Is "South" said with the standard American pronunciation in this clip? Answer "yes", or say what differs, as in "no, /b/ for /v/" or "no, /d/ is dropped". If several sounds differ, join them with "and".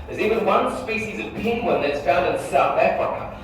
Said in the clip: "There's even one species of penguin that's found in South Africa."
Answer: yes